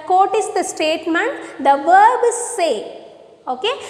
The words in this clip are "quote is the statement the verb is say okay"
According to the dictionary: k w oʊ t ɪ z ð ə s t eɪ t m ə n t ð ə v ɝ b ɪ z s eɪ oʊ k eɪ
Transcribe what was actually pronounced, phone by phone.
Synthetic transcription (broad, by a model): k oʊ t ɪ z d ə s t eɪ t m ə n t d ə v ɝ b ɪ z s eɪ oʊ k eɪ